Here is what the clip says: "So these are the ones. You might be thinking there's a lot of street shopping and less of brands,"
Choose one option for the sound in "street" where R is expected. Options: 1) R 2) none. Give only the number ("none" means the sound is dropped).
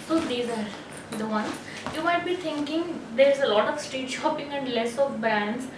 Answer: 2